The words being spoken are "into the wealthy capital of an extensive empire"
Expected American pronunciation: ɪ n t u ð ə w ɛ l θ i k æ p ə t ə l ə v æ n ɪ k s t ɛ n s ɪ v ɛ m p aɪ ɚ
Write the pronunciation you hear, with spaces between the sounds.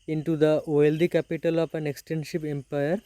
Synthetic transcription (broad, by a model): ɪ n t u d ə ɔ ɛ l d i k æ p ə t ə l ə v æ n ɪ k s t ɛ n ʃ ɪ p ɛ m p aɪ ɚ